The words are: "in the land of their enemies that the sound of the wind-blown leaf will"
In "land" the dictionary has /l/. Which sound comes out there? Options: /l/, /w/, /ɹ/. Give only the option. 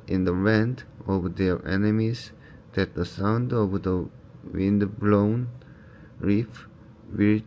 /w/